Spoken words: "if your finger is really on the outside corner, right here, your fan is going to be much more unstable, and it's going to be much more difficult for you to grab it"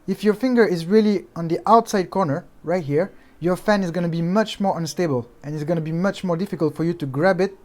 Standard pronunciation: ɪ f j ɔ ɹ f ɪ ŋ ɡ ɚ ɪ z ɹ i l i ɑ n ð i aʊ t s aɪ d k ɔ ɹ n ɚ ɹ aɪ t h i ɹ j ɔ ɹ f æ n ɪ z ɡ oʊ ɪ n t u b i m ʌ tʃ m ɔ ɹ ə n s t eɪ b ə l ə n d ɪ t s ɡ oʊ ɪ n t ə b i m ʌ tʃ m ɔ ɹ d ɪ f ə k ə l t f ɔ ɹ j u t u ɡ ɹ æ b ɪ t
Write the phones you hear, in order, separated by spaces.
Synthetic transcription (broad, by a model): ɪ f j ɔ ɹ f ɪ ŋ ɡ ɚ ɪ z ɹ i l i ɑ n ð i aʊ t s aɪ d k ɔ ɹ n ɚ ɹ aɪ t h i ɹ j ɔ ɹ f æ n ɪ z ɡ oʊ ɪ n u b i m ʌ tʃ m ɔ ɹ ə n s t eɪ b ə l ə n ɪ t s ɡ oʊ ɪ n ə b i m ʌ tʃ m ɔ ɹ d ɪ f ə k ə l t f ɔ ɹ j u t u ɡ ɹ æ b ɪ t